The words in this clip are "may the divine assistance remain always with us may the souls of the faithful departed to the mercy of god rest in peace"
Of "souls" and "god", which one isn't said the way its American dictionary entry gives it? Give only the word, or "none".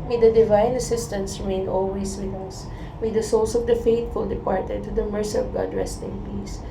souls